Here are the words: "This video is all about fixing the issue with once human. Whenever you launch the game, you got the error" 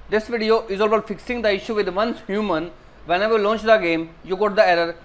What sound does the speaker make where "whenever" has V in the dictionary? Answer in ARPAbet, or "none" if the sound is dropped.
none